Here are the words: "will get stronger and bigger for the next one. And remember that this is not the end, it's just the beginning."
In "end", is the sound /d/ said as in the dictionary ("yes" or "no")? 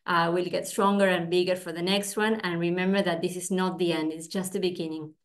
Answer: yes